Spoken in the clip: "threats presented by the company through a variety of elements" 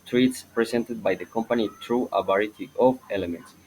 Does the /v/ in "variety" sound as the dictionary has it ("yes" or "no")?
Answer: no